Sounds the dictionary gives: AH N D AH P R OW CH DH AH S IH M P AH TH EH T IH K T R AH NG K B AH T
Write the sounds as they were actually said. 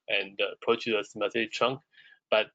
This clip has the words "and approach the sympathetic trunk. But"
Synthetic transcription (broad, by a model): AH N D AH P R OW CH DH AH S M AH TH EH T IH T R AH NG K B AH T